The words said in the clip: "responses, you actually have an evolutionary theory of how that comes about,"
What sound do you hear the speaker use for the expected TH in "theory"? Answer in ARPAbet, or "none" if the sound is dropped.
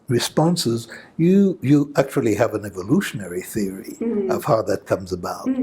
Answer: TH